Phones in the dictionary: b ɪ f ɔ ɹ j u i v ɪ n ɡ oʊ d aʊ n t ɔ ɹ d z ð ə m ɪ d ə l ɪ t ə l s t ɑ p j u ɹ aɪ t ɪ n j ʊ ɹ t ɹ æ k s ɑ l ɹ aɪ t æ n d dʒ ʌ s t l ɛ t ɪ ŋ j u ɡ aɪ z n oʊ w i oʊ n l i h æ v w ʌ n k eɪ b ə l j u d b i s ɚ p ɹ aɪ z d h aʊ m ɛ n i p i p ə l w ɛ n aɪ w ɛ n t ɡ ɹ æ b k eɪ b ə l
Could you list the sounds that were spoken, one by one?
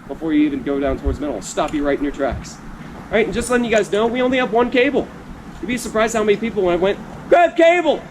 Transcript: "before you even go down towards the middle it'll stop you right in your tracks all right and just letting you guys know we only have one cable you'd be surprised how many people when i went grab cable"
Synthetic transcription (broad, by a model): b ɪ f ɔ ɹ j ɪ i v ɪ n ɡ oʊ d aʊ n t ɔ ɹ d z m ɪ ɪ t l s t ɑ p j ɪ ɹ aɪ t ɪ n j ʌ ɹ t ɹ æ k s ɹ aɪ t n dʒ ʌ s t l ɛ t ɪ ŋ j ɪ ɡ aɪ z n oʊ w i oʊ n l i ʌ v w ʌ n k eɪ b l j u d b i s ɚ p ɹ aɪ z d h aʊ m ɛ n i p i p l w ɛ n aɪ w ɛ n t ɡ æ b k eɪ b l